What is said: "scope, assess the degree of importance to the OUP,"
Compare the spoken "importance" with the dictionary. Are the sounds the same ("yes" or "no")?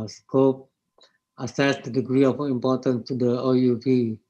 no